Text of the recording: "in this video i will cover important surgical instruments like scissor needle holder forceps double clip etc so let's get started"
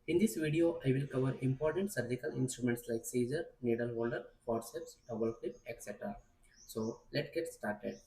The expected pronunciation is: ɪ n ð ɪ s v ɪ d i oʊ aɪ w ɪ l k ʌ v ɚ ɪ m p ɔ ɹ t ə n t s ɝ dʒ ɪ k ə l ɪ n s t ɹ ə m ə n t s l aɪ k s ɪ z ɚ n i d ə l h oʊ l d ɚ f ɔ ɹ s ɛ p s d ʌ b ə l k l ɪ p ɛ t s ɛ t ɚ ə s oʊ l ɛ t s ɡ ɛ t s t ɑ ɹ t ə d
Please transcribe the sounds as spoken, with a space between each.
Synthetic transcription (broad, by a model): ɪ n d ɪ s v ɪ d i oʊ aɪ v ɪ l k ʌ v ɚ ɪ m p ɔ ɹ t ə n t s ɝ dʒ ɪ k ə l ɪ n s t ɹ ə m ə n t s l aɪ k s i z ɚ n i d ə l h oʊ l d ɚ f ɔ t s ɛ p s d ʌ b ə l k l ɪ p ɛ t s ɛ t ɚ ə s oʊ l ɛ t ɡ ɛ t s t ɑ ɹ t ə d